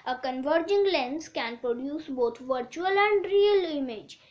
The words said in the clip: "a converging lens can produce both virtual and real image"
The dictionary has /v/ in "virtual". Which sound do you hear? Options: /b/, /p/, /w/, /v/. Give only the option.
/v/